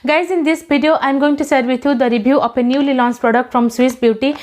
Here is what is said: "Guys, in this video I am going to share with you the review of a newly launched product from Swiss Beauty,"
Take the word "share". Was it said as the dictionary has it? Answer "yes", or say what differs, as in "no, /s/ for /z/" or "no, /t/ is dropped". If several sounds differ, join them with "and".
no, /s/ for /ʃ/